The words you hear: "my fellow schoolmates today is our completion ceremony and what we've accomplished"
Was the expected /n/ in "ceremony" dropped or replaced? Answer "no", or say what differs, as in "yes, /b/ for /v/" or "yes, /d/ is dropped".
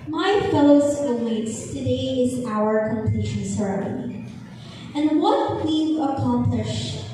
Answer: yes, /n/ is dropped